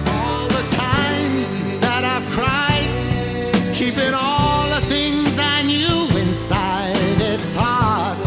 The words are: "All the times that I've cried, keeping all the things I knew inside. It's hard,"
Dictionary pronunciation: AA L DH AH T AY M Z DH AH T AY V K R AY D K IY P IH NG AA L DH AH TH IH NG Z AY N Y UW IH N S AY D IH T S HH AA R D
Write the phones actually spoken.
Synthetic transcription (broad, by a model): AA L DH AH T AY M Z DH AH T AY V K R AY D K IY P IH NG AA L DH AH TH IH NG Z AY N Y UW IH N S AY D IH T S HH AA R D